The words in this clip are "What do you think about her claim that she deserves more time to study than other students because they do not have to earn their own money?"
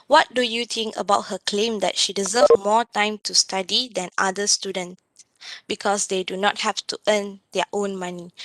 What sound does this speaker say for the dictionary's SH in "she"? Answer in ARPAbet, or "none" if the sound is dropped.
SH